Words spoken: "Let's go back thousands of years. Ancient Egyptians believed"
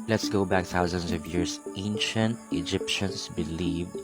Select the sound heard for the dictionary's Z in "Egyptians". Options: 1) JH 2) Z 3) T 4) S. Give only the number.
4